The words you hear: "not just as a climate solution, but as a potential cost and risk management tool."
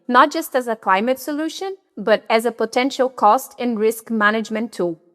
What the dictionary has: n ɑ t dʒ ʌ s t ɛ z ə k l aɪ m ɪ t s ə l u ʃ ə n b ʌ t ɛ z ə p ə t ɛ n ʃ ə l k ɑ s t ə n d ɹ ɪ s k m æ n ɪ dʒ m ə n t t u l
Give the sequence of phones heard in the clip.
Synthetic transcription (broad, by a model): n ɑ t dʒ ʌ s t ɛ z ə k l aɪ m ɪ t s ə l u ʃ ə n b ʌ t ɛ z ə p ə t ɛ n ʃ ə l k ɑ s t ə n ɹ ɪ s k m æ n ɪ dʒ m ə n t t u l